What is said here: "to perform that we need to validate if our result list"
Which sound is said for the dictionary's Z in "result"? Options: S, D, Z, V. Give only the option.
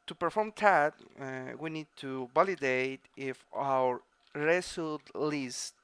S